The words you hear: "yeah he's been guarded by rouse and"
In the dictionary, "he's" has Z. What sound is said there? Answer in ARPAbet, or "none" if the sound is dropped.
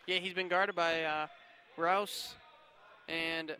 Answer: Z